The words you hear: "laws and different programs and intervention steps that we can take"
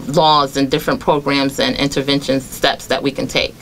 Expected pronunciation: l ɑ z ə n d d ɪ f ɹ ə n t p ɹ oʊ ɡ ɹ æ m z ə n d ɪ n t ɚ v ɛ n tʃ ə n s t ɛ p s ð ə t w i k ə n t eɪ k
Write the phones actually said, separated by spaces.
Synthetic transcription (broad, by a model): l ɑ z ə n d d ɪ f ɹ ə n p ɹ oʊ ɡ ɹ æ m z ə n ɪ n t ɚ v ɛ n ʃ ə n s t ɛ p s ð ə t w i k ə n t eɪ k